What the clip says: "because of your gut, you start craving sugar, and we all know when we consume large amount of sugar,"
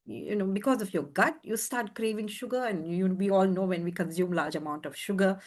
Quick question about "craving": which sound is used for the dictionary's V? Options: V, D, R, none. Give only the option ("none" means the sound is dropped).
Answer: V